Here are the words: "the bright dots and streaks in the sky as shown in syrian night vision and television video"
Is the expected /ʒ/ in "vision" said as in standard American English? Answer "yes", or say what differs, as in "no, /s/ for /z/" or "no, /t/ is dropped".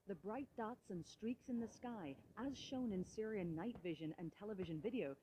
yes